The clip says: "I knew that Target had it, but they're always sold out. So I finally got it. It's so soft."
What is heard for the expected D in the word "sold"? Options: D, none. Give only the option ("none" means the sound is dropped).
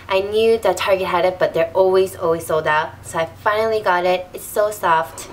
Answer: D